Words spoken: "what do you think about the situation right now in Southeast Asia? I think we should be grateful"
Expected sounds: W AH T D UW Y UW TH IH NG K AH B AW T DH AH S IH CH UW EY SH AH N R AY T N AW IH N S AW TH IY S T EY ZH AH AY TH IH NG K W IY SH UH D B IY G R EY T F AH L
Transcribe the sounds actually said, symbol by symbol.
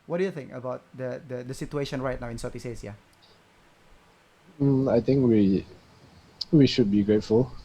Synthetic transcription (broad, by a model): W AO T D UW Y UW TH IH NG K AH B AW T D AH S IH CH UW EY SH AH N R AY T N AW IH N S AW T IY S EY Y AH AY T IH NG K W IY SH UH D B IY G R EY T F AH L